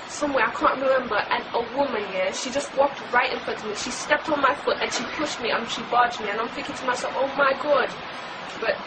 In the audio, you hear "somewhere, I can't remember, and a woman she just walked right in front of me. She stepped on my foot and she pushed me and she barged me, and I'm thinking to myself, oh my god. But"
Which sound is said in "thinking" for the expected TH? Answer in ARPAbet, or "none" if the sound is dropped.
F